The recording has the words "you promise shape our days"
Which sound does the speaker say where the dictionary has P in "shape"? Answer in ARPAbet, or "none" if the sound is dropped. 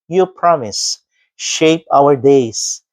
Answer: P